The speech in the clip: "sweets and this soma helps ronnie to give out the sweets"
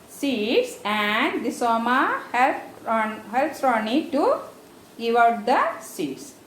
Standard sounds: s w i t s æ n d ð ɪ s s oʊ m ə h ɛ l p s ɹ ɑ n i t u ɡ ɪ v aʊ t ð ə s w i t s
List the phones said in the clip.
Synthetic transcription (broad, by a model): s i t s æ n d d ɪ s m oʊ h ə h ɛ l p s ɹ ɑ n i t u ɡ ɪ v aʊ t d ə s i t s